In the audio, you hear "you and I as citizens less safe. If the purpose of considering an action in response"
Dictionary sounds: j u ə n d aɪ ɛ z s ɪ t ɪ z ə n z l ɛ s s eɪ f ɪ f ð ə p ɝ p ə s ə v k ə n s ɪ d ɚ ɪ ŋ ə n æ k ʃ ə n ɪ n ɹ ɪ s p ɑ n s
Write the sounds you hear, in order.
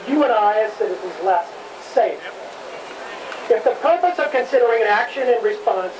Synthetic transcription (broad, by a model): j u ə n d aɪ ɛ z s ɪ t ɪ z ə z l ɛ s s eɪ f ɪ f ð ə p ɝ p ə s ə v k ə n s ɪ d ɚ ɪ ŋ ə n æ k ʃ ə n ɪ n ɹ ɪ s p ɑ n s